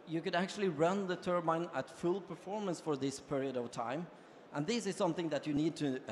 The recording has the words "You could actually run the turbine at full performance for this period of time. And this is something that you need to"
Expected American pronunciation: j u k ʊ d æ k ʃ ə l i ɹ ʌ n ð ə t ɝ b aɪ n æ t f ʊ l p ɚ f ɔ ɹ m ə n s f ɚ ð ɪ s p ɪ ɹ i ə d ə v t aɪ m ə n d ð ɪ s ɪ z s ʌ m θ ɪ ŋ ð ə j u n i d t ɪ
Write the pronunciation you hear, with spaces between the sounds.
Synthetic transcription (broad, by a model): j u k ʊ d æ k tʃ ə l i ɹ ʌ n ð ə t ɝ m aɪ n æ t f ʊ l p ɚ f ɔ ɹ m ə n s f ɚ ð ɪ s p ɪ ɹ i ə d ə v t aɪ m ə n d ð ɪ s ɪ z s ʌ m θ ɪ ŋ ð ə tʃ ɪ n i d t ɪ